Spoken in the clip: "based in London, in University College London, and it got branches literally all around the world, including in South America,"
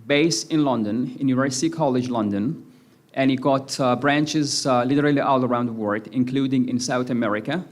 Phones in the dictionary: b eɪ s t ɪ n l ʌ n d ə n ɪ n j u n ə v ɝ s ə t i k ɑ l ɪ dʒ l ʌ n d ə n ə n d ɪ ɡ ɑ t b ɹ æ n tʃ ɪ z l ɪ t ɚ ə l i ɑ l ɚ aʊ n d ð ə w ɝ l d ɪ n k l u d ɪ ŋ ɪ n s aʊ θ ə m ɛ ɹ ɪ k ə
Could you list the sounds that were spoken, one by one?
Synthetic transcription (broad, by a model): b eɪ s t ɪ n l ʌ n d ə n ɪ n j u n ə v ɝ s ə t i k ɑ l ɪ dʒ l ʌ n d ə n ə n ɪ ɡ ɑ t b ɹ æ n tʃ ɪ z l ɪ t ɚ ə l i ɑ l ɚ aʊ n d ð ə w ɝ d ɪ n k l u d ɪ ŋ ɪ n s aʊ θ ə m ɛ ɹ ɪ k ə